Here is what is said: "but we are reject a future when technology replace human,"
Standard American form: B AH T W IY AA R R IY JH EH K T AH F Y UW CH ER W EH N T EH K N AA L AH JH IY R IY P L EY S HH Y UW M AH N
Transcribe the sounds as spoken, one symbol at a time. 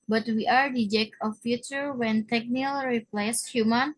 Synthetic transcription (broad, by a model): B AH T W IY AA R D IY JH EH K AH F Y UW CH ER W EH N T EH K N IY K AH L R IY P L EY S HH Y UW M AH N